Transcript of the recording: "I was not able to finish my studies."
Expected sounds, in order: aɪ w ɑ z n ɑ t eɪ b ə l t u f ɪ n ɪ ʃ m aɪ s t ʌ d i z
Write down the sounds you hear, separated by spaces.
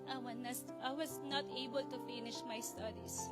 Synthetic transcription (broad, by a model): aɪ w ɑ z n ɑ t eɪ b ə l t u f ɪ n ɪ ʃ m aɪ s t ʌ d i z